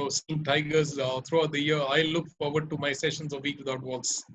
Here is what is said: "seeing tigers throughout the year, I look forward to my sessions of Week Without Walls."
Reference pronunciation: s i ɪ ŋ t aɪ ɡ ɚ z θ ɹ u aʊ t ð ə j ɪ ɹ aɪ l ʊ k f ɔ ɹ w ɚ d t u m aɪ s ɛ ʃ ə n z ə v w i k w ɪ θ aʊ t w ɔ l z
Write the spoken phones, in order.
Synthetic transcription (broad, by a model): s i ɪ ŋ t aɪ ɡ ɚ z t ɹ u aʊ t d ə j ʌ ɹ aɪ l ʊ k f ɔ ɹ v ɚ d t u m aɪ s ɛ ʃ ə n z ə v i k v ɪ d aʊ t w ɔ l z